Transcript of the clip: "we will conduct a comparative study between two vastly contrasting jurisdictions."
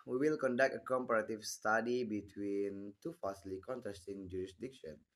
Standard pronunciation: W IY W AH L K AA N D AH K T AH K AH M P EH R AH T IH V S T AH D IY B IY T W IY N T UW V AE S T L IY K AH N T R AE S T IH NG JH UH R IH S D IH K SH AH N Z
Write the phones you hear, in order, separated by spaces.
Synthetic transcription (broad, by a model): W IY W AH L K AA N D AH K T AH K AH M P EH R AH T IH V S T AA D IY B IY T W IY N T UW F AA S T L IY K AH N T R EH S T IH NG JH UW R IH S D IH K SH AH N